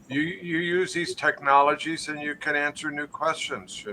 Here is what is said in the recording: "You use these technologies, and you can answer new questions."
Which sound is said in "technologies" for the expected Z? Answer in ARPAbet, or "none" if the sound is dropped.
Z